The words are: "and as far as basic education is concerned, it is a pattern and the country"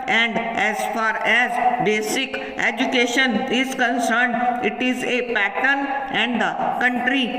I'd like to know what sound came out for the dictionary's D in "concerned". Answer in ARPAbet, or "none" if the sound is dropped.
D